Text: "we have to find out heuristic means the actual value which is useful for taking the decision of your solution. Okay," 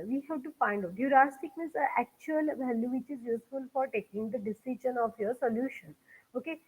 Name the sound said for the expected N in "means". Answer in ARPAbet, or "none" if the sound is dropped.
none